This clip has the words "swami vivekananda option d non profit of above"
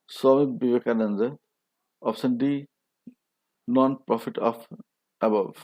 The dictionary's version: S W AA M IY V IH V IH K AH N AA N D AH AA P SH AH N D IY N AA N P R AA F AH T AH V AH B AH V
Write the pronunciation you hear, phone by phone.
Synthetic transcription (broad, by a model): S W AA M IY B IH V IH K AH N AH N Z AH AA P S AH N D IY N AA N P R AA F AH T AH F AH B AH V